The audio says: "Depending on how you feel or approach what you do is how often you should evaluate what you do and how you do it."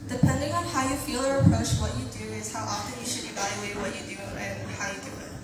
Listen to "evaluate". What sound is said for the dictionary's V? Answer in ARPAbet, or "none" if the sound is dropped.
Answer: V